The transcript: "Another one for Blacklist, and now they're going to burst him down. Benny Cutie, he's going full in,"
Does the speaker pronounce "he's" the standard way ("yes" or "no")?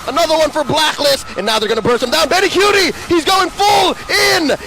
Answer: yes